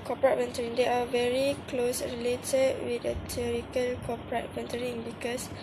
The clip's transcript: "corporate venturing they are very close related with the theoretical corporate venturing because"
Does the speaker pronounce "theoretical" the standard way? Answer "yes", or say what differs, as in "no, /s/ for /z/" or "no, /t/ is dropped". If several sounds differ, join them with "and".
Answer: no, /t/ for /θ/